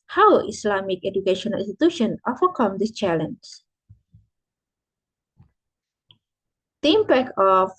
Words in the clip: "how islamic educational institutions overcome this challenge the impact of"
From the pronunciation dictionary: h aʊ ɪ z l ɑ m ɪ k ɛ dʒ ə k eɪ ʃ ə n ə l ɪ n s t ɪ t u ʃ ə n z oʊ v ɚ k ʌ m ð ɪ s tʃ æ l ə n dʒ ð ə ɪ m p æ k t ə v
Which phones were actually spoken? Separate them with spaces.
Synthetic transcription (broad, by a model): h aʊ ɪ s l ɑ m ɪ k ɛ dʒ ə k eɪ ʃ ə n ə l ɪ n s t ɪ t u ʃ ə n oʊ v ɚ k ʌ m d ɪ s tʃ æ l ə n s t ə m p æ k ə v